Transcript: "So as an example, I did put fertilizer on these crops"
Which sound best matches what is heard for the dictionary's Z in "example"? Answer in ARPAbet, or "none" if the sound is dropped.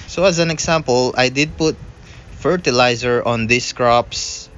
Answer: S